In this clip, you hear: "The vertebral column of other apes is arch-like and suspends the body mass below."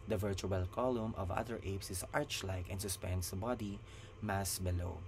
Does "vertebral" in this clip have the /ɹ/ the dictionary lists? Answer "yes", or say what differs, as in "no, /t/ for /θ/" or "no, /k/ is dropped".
no, /ɹ/ is dropped